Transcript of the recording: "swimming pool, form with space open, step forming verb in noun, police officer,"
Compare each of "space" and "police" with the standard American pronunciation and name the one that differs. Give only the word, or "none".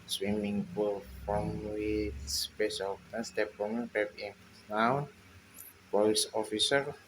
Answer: police